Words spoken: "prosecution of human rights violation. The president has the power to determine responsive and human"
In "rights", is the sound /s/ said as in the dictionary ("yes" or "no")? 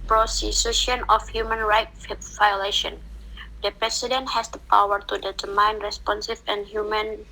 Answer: no